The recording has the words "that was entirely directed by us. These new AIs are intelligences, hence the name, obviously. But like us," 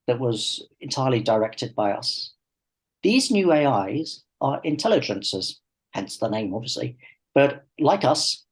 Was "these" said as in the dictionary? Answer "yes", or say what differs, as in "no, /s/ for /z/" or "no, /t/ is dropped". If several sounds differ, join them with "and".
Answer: yes